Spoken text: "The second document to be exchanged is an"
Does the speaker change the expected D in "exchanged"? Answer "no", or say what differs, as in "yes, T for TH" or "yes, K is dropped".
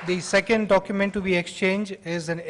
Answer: yes, D is dropped